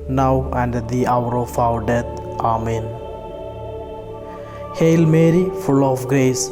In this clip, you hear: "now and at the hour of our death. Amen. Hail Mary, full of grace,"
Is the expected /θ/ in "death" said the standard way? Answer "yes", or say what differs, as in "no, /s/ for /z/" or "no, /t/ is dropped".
no, /t/ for /θ/